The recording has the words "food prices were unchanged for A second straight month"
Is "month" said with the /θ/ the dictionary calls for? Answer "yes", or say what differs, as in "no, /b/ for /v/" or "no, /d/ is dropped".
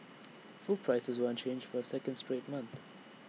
yes